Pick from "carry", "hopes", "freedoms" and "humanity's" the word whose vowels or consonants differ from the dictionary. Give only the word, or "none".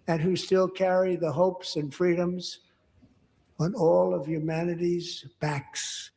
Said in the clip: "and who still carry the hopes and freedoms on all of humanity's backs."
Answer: none